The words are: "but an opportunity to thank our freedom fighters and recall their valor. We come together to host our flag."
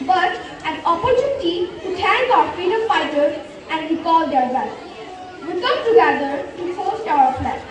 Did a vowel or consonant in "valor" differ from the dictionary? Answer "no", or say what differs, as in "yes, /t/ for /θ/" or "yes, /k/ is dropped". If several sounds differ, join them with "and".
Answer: yes, /b/ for /v/